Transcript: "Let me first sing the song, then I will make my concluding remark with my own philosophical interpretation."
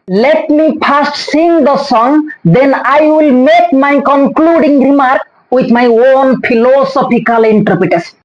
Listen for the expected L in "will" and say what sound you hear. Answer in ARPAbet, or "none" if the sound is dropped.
L